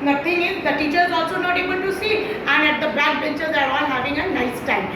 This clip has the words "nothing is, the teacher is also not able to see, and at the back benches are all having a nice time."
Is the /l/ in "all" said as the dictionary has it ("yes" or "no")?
no